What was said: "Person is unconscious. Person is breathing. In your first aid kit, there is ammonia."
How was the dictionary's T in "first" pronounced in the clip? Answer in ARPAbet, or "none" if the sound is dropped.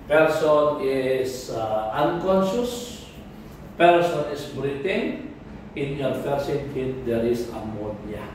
none